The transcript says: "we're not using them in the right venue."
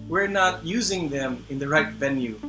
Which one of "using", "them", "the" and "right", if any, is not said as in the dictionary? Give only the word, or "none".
none